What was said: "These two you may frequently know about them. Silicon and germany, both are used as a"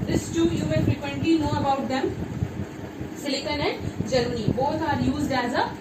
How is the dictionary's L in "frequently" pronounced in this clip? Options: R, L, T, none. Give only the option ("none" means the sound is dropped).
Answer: none